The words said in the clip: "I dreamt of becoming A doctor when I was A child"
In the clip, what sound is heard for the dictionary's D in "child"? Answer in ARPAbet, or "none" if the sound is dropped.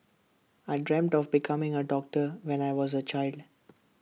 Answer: D